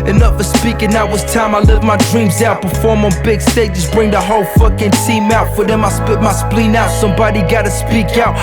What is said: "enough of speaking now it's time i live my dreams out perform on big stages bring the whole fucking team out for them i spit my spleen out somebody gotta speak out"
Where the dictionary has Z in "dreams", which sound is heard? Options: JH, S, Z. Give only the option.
Z